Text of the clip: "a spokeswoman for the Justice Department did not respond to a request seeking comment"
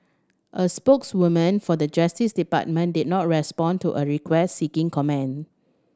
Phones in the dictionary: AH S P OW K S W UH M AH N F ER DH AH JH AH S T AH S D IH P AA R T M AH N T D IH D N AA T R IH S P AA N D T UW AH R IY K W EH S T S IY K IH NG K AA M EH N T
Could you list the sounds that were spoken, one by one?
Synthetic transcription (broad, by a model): AH S P OW K S W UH M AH N F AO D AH JH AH S T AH S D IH P AA T M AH N D IH D N AA T R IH S P AA N T UW AH R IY K W EH S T S IY K IH NG K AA M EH N